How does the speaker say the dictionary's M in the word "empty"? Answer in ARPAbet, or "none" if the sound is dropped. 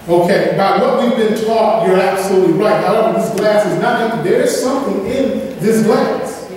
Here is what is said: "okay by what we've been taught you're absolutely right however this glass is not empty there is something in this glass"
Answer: none